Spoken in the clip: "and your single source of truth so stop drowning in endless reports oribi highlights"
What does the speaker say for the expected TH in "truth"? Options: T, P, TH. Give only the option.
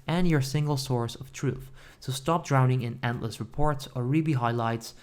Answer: TH